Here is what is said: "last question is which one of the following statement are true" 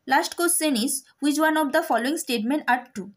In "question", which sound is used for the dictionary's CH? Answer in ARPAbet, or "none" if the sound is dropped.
S